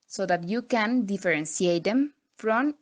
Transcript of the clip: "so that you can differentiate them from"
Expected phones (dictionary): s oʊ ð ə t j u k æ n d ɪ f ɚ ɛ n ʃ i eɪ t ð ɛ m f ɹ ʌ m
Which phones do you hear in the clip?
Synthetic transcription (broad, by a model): s oʊ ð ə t j u k æ n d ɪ f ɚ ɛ n s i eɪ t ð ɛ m f ɹ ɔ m